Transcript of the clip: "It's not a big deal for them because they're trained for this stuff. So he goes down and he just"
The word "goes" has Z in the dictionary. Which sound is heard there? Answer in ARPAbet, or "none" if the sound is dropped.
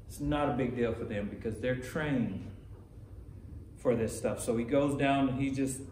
Z